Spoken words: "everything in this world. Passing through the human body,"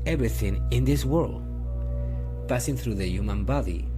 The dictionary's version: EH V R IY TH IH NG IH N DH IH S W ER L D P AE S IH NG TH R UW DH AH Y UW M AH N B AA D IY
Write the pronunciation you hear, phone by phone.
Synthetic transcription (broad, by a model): EH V R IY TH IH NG IH N DH IH S W ER L D P AE S IH NG TH R UW DH AH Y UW M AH N B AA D IY